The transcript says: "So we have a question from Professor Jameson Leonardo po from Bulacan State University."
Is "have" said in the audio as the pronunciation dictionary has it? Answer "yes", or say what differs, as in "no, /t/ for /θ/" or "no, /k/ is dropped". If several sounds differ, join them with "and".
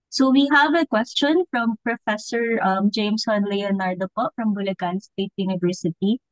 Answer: yes